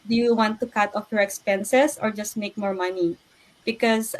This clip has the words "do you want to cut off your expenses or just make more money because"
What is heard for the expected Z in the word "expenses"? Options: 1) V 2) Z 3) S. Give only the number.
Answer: 3